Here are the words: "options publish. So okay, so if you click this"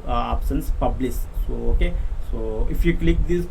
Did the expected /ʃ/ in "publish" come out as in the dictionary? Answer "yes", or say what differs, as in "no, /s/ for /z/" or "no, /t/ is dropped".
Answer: no, /s/ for /ʃ/